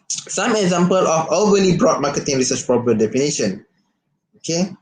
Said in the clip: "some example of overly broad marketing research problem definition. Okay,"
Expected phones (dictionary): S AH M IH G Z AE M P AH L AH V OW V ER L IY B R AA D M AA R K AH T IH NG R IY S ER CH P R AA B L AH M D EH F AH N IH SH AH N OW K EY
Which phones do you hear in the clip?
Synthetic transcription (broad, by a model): S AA M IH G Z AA M P AH L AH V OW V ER L IY B R AA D M AA K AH T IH NG R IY S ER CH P R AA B AH D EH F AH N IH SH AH N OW K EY